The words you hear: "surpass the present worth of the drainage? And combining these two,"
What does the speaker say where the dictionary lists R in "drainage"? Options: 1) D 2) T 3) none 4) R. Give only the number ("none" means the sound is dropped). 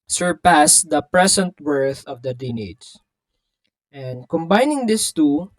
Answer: 3